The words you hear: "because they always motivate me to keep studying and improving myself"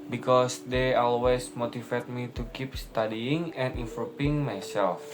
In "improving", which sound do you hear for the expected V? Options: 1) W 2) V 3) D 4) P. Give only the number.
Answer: 4